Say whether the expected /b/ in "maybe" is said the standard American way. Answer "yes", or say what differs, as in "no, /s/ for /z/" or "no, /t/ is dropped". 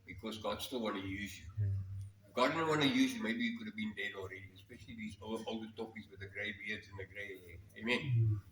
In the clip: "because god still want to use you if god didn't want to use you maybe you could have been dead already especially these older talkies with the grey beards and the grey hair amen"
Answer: yes